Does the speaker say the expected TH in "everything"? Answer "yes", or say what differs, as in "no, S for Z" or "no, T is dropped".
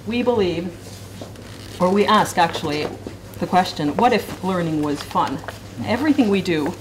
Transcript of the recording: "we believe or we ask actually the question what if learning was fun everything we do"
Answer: yes